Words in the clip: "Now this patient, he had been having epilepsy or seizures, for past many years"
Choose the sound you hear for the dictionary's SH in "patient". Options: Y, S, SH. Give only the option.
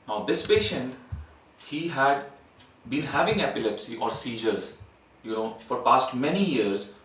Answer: SH